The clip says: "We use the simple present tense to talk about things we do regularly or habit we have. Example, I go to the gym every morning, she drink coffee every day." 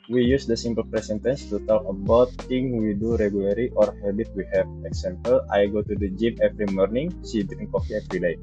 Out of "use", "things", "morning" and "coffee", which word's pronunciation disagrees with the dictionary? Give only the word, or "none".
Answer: things